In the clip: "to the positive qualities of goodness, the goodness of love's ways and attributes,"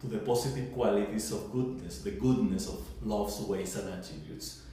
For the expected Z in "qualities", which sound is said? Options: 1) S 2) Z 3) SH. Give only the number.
1